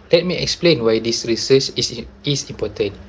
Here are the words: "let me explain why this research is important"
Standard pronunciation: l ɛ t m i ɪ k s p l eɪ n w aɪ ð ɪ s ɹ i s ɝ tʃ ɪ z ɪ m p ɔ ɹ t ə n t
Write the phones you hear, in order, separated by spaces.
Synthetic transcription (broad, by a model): l ɛ t m i ɪ k s p l eɪ n w aɪ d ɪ s ɹ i s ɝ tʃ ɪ s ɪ m p ɔ t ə n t